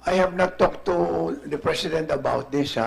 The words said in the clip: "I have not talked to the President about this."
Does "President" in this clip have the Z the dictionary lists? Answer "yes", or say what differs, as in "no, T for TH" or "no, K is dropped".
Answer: no, S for Z